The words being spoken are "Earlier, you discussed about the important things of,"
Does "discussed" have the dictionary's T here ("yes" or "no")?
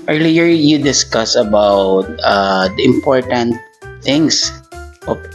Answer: no